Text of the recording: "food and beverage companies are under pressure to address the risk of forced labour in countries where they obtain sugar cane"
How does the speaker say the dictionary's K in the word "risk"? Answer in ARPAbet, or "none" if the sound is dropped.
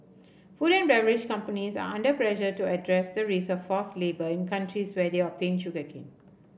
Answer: none